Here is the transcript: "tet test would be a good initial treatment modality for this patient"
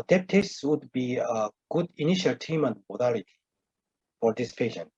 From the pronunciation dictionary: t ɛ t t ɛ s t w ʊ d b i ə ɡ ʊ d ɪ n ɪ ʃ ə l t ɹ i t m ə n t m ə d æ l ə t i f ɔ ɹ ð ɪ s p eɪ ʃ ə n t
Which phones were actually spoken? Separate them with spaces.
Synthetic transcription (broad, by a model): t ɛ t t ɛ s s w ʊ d b i ə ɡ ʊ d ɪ n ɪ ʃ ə l t i m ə n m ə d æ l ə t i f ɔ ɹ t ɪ s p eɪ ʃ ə n